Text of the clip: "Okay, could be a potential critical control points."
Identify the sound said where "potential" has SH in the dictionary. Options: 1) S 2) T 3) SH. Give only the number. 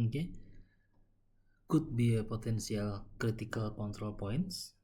1